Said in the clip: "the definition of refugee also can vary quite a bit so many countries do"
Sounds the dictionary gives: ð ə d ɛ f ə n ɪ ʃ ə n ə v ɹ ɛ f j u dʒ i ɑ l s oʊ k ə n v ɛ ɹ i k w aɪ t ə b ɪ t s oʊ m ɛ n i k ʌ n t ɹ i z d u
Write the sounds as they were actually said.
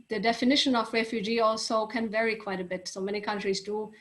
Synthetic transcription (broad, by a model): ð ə d ɛ f ə n ɪ ʃ ə n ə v ɹ ɛ f j u dʒ i ɑ l s oʊ k ə n v ɛ ɹ i k w aɪ t ə b ɪ t s oʊ m ɛ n i k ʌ n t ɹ i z d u